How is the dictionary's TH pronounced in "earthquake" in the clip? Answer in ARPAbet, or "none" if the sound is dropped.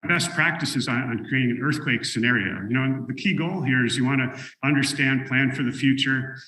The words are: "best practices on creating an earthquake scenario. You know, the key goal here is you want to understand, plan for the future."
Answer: TH